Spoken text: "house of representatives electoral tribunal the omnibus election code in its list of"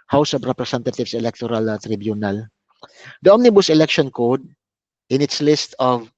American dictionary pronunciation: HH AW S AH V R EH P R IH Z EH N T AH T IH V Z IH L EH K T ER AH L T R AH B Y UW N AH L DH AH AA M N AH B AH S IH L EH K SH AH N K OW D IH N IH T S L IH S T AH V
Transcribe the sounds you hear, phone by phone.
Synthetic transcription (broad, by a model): HH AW S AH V R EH P R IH S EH N T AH T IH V S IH L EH K T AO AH L T R AH B Y UW N AH L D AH AA M N AH B AH S IH L EH K SH AH N K OW D IH N IH T S L IH S T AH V